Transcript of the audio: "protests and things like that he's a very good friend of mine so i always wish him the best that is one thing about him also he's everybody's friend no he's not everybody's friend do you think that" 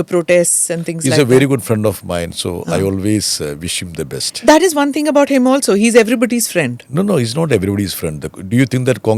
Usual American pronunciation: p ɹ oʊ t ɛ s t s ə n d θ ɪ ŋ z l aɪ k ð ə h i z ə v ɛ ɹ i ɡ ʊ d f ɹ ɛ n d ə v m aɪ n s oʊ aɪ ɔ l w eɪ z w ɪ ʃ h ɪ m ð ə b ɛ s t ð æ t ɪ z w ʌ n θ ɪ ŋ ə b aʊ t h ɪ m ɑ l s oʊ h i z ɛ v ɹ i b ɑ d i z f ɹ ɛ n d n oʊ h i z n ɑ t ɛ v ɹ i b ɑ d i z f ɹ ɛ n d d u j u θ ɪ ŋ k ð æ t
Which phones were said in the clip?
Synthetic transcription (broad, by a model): p ɹ oʊ t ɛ s t s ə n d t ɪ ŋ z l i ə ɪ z ə v ɛ ɹ i ɡ ʊ d f ɹ ɛ n d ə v m aɪ n s oʊ aɪ ɔ l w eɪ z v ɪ ʃ h ɪ m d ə b ɛ s t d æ t ɪ z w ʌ n t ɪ ŋ ə b aʊ t h ɪ m ɑ l s oʊ h i z ɛ v ɹ i b ɑ d i z f ɹ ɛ n d n oʊ h i z n ɑ t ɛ v ɹ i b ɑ d i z f ɹ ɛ n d d u j u t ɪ ŋ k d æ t